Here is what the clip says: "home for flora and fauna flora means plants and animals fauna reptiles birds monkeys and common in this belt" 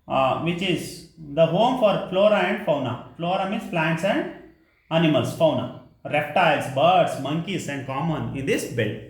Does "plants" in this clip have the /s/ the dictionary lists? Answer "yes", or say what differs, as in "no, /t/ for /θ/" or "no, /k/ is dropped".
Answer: yes